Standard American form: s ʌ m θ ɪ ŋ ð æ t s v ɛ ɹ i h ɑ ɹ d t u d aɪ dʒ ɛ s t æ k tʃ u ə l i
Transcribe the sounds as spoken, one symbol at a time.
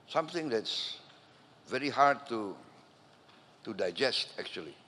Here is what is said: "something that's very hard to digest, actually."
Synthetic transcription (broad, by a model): s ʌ m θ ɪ ŋ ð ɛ t s v ɛ ɹ i h ɑ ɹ d t u d aɪ dʒ ɛ s t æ k tʃ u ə l i